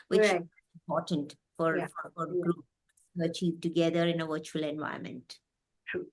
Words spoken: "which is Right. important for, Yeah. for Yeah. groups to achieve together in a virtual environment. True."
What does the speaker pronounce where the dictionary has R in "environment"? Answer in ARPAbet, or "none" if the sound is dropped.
none